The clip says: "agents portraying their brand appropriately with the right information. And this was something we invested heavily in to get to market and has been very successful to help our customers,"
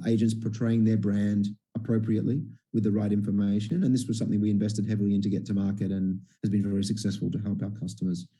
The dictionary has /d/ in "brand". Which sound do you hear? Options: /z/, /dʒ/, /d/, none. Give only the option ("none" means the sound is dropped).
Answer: /d/